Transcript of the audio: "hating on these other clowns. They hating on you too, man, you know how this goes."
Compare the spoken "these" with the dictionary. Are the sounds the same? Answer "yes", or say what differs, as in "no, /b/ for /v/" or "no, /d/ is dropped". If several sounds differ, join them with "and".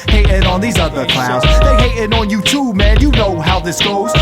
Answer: yes